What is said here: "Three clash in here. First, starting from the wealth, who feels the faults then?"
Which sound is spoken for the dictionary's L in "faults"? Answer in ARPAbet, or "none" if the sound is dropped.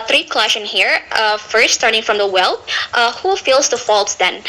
L